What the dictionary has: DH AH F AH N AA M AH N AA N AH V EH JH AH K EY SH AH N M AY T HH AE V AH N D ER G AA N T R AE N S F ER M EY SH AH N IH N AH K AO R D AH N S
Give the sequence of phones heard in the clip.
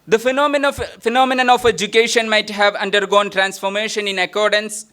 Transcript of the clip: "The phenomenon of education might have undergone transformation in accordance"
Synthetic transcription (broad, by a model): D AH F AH N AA M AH N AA N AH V EH JH AH K EY SH AH N M AY T HH AE V AH N D ER G AA N T R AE N S F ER M EY SH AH N IH N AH K AO R D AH N S